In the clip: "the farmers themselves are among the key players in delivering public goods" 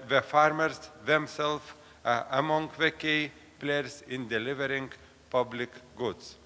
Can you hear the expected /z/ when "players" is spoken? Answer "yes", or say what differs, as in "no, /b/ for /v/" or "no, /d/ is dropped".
no, /s/ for /z/